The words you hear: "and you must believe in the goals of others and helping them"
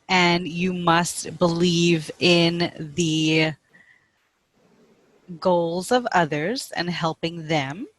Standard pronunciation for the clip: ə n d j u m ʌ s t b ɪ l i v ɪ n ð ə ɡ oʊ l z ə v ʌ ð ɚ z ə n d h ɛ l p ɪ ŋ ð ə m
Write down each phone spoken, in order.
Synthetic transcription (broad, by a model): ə n j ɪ m ʌ s t b ɪ l i v ɪ n ð ə ɡ oʊ l z ə v ʌ ð ɚ z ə n h ɛ l p ɪ ŋ ð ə m